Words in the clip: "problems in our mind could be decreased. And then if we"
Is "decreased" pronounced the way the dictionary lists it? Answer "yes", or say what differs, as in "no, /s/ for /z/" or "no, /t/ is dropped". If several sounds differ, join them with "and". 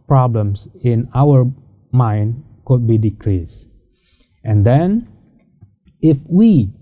yes